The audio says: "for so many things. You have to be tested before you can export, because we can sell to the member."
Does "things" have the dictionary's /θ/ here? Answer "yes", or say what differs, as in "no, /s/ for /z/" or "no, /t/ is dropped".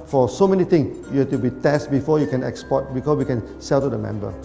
no, /t/ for /θ/